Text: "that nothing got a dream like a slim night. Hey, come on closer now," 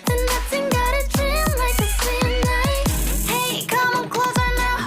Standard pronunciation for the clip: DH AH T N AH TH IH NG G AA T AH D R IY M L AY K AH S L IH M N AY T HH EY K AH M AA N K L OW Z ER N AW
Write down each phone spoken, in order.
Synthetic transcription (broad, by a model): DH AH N N AH TH IH NG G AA T AH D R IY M L AY K AH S IH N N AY HH EY K AH M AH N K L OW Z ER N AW